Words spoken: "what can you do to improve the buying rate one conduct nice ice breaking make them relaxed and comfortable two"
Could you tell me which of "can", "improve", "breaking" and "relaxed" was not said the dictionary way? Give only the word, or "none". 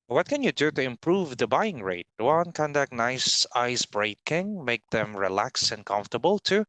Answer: relaxed